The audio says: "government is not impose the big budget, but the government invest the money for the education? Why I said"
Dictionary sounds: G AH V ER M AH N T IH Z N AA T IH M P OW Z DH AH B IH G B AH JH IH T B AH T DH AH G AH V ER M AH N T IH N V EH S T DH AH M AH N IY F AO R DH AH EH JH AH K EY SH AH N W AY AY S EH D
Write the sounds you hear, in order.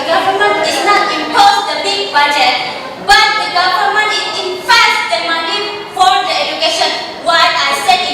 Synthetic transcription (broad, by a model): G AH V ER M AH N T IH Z N AA T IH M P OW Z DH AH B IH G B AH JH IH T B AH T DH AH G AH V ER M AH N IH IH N F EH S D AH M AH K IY F AO R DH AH EH JH AH K EY SH AH N W AY AY S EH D